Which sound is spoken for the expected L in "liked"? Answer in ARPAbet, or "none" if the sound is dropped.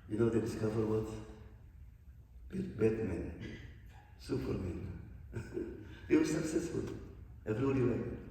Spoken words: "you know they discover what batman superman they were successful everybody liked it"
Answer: W